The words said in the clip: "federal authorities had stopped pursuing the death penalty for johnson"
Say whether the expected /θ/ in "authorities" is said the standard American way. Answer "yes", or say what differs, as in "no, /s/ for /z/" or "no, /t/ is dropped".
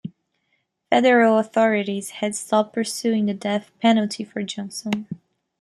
yes